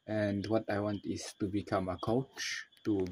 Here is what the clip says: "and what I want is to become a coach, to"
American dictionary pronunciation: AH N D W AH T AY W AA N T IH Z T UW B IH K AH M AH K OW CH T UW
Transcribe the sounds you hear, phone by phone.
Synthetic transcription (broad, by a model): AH N D W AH T AY W AA N T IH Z T UW B IH K AH M AH K OW CH T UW